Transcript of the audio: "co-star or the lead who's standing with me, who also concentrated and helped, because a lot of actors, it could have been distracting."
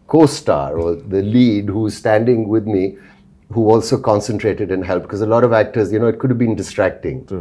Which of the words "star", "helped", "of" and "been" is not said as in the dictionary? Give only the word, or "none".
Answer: none